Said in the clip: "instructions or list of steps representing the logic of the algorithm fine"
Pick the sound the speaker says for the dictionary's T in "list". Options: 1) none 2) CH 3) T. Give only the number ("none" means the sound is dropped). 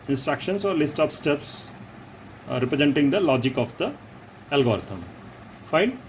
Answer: 3